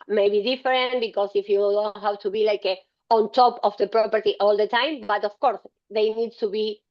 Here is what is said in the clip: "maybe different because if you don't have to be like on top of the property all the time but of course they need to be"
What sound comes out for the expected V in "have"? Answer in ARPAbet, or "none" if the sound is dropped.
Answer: W